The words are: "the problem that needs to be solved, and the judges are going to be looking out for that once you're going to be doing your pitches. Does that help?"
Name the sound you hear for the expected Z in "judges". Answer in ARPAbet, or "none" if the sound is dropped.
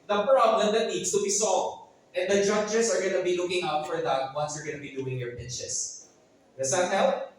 S